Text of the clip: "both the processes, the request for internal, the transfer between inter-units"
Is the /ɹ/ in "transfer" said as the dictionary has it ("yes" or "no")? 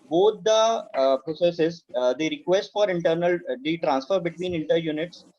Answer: yes